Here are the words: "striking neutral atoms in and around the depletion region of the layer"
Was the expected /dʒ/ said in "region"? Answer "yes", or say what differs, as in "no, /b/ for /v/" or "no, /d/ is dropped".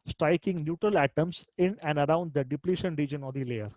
yes